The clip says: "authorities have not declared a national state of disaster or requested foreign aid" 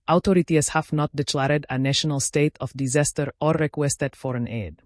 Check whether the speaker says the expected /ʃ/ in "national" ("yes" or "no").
yes